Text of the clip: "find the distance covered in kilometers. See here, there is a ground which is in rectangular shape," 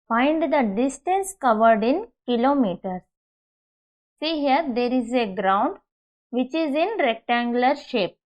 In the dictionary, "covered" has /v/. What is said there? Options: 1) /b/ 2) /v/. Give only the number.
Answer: 2